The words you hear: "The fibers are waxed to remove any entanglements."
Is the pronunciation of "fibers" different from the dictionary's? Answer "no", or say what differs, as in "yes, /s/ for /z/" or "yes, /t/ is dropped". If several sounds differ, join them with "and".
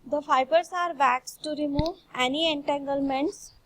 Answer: yes, /s/ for /z/